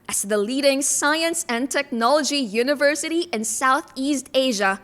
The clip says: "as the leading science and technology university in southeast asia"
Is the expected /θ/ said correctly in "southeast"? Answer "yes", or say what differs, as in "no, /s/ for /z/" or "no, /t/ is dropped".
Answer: yes